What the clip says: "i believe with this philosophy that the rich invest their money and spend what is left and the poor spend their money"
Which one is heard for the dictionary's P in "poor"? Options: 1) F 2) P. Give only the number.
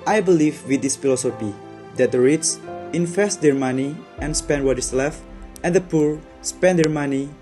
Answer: 2